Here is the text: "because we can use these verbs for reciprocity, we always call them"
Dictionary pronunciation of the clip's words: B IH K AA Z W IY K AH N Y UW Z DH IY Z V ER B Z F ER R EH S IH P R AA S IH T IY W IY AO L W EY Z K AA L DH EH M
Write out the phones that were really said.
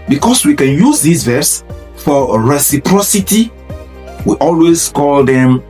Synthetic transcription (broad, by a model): B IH K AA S W IY K AH N Y UW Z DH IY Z V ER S F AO R EH S IH P R AA S IH T IY W IY AO L W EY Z K AA L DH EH M